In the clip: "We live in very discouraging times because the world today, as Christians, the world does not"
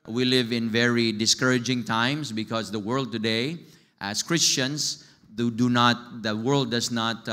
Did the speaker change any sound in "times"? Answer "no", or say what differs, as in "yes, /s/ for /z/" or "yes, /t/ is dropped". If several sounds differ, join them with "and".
yes, /s/ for /z/